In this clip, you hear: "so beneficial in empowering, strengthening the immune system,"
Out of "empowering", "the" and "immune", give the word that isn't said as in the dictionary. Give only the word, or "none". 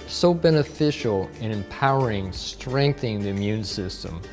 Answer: none